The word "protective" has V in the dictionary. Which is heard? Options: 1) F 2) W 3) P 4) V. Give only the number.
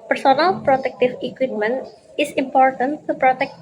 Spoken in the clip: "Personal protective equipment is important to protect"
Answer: 1